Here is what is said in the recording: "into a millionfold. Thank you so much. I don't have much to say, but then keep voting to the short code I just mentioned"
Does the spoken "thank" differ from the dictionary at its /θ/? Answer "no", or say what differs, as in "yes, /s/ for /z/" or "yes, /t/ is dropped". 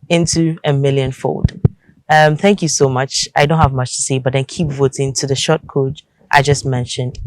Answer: no